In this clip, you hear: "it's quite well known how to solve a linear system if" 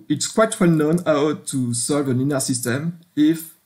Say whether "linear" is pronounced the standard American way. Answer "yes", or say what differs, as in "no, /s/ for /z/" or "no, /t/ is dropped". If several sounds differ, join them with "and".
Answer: no, /n/ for /l/